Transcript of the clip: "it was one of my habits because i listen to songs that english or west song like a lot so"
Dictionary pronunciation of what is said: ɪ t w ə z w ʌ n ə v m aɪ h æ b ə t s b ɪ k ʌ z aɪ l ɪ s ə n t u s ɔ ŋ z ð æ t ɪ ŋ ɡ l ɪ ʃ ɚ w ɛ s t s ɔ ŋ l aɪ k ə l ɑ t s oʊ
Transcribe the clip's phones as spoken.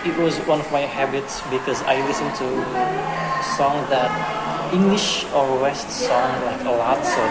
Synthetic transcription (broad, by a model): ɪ t w ə z w ʌ n ə v m aɪ h æ b ə t s b ɪ k ʌ z aɪ l ɪ s ə n t u s ɔ ŋ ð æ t ɪ ŋ ɡ l ɪ ʃ ɚ w ɛ s t s ɔ ŋ l aɪ k ə l ɑ t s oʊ